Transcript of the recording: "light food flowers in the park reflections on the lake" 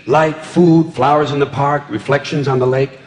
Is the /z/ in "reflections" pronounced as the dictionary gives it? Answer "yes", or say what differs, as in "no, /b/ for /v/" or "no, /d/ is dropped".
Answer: yes